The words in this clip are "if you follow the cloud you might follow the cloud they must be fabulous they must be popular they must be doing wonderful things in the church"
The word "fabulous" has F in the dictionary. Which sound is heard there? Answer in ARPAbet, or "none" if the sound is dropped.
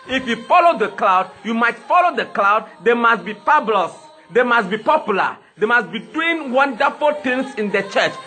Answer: P